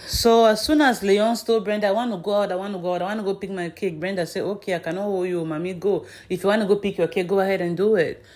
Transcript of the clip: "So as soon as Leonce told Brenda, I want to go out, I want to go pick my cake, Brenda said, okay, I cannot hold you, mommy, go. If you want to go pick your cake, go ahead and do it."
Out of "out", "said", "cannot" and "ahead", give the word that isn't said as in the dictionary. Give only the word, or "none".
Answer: said